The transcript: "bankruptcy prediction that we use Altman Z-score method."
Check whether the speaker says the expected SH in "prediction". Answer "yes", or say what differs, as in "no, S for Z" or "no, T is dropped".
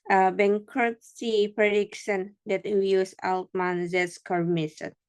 no, S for SH